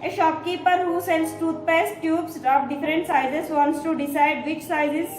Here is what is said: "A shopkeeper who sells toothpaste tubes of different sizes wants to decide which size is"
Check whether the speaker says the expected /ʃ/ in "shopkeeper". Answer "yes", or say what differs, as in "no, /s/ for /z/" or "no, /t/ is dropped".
yes